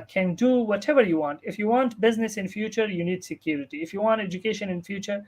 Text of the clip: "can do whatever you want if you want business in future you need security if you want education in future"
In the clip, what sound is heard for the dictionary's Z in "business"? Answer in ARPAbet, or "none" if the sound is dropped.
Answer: Z